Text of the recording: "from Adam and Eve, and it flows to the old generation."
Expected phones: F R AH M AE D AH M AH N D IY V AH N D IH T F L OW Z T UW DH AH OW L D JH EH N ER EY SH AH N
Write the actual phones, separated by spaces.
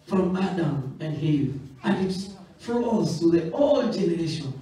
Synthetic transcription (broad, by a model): F R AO M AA D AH M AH N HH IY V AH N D IH T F OW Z T UW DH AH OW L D JH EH N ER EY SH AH N